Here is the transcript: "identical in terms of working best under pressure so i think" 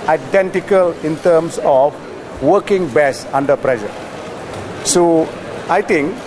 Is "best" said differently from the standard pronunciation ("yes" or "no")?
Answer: yes